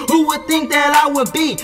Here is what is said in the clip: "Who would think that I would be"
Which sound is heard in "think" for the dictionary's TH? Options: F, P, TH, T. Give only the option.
TH